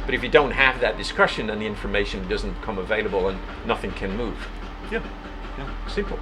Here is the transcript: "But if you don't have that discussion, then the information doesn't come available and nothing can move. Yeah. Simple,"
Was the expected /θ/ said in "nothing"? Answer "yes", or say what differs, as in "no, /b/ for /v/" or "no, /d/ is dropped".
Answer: yes